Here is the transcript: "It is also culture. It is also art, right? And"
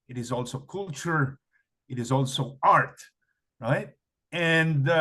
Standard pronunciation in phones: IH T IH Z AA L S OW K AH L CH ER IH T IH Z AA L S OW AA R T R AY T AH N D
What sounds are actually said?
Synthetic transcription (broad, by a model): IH T IH Z AA L S OW K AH L CH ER IH T IH Z AA L S OW AA R T R AY T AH N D